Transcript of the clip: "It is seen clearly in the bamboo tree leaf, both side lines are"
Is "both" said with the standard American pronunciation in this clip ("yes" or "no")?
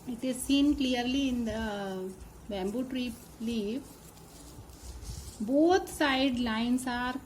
no